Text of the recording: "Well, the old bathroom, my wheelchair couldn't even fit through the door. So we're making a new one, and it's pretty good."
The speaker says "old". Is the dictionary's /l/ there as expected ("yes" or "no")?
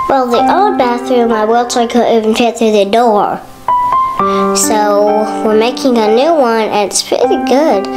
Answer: no